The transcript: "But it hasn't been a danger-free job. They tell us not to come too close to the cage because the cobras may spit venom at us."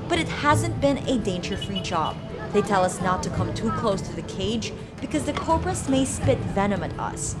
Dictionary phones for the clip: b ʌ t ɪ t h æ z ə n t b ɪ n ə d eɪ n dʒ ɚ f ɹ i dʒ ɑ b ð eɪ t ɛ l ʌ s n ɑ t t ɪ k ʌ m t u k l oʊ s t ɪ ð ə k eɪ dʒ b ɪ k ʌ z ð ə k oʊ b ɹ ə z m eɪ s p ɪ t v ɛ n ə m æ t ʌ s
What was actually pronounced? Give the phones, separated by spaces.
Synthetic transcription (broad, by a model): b ʌ t ɪ t h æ z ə n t b ɪ n ə d eɪ n dʒ ɚ f ɹ i dʒ ɑ b ð eɪ t ɛ l ʌ s n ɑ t t ɪ k ʌ m t u k l oʊ s t ɪ ð ə k eɪ dʒ b ɪ k ʌ z ð ə k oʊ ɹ ɹ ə s m eɪ s p ɪ t v ɛ n ə m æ t ʌ s